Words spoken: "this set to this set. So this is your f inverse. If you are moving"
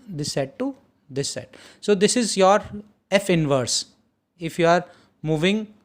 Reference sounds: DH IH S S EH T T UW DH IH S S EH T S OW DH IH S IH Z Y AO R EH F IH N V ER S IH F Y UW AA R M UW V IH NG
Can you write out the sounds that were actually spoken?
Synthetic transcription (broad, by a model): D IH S S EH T T UW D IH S S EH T S OW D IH S IH Z Y AO R EH F IH N V ER S IH F Y UW AA R M UW V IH NG